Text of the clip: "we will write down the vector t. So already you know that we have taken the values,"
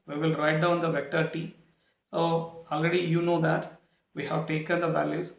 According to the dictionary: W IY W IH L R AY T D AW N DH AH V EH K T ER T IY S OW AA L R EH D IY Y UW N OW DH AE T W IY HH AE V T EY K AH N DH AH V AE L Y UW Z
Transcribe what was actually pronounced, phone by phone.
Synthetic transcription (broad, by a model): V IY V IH L R AY T D AW N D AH V EH K T ER T IY S OW AA L R EH D IY Y UW N OW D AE T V IY HH AE V T EY K AH N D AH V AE L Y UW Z